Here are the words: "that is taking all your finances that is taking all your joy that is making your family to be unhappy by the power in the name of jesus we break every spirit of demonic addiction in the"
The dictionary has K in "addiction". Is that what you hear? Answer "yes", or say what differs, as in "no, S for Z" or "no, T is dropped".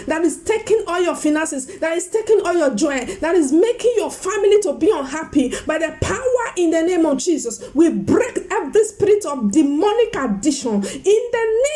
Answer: no, K is dropped